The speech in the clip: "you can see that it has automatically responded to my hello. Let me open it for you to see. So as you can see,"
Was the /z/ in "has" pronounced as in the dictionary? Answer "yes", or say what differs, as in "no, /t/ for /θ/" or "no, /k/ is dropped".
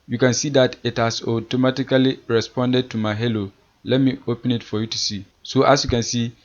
no, /s/ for /z/